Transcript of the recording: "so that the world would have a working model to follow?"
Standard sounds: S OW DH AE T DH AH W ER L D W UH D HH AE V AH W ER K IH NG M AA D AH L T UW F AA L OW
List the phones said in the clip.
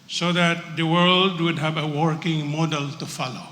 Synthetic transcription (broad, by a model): S OW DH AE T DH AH W ER L D W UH D HH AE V AH W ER K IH NG M AA D AH L T UW F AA L OW